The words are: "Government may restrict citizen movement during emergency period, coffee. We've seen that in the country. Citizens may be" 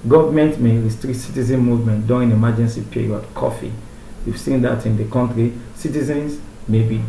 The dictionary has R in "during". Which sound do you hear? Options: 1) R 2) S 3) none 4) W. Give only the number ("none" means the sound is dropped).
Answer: 3